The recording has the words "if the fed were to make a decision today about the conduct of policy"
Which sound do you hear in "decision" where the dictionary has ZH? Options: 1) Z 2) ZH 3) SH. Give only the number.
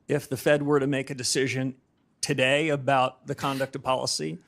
2